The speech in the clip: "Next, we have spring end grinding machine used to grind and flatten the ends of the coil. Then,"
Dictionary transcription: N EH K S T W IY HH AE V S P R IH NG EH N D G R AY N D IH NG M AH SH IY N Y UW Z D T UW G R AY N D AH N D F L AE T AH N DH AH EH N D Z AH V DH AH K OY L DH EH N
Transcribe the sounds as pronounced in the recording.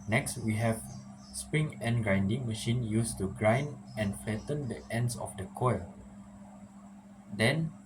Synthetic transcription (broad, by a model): N EH K S T W IY HH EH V S P R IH NG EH N G R AY N D IH NG M AH SH IY N Y UW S T UW G R AY N D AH N F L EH T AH N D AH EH N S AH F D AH K OY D EH N